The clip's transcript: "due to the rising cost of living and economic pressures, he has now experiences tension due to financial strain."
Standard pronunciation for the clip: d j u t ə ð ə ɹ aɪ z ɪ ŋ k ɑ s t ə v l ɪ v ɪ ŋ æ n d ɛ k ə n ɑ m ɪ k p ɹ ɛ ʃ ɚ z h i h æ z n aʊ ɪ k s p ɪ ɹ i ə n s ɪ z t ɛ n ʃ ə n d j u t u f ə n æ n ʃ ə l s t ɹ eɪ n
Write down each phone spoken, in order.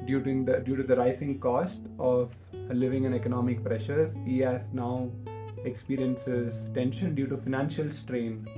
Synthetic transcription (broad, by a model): d j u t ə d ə ɹ aɪ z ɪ ŋ k ɑ s t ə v l ɪ v ɪ ŋ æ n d ɛ k ə n ɑ m ɪ k p ɹ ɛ ʃ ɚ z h i h æ z n aʊ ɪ k s p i ɹ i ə n s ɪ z t ɛ n ʃ ə n d j u t u f ə n æ n ʃ ə l s t ɹ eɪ n